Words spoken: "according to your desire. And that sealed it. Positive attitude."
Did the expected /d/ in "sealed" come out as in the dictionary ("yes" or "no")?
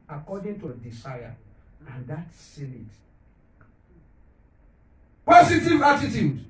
no